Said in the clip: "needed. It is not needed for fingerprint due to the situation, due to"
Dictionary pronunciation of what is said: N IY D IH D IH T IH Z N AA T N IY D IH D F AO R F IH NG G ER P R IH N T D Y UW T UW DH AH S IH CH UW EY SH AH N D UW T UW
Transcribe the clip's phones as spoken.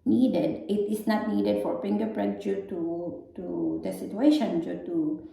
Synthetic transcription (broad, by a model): N IY D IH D IH T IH S N AA T N IY D IH D F AO R P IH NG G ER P R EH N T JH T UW T UW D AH S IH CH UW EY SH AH N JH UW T UW